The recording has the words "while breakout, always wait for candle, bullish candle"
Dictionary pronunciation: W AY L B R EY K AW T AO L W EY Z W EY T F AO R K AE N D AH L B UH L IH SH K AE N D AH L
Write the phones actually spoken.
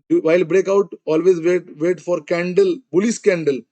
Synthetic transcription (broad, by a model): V AY L B R EY K AW T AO L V EY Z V EY T F AO R K AE N D AH L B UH L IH S K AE N D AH L